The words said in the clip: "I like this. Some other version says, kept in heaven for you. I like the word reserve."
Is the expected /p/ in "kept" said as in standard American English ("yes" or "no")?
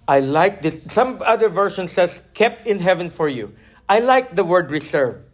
yes